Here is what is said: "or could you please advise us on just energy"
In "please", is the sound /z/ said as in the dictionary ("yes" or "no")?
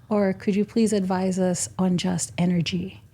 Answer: yes